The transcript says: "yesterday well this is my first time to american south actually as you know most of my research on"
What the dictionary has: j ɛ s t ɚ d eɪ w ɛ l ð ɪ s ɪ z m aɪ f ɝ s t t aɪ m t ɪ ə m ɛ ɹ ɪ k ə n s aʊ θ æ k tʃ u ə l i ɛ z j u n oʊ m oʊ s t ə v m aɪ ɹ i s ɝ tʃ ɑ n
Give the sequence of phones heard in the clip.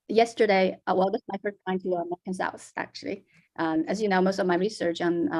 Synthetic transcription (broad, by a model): j ɛ s t ɚ d eɪ w ɛ l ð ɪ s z m aɪ f ɝ s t t aɪ m t ɪ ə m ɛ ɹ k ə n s aʊ s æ k tʃ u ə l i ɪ z j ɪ n oʊ m oʊ s t ə v m aɪ ɹ i s ɝ tʃ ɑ n